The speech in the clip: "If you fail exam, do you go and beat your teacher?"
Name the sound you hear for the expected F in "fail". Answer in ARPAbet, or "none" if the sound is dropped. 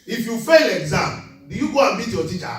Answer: F